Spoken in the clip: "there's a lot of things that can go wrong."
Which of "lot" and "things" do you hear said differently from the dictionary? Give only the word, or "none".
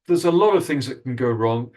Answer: none